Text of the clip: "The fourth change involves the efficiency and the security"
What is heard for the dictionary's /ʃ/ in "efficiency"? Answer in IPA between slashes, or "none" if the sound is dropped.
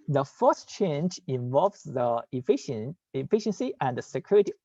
/ʃ/